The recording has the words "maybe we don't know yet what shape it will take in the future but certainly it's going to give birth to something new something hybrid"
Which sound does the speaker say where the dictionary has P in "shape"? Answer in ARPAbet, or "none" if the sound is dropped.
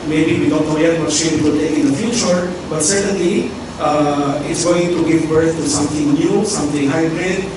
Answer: none